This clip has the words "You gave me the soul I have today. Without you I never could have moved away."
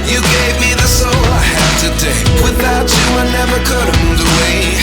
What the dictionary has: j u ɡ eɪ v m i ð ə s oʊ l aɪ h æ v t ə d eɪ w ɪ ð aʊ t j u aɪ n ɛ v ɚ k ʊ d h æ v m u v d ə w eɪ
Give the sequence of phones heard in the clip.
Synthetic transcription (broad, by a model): j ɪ ɡ eɪ v m i ð ə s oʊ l aɪ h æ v t ə d eɪ w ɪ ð aʊ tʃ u aɪ n ɛ v ɚ k ʊ d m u d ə w eɪ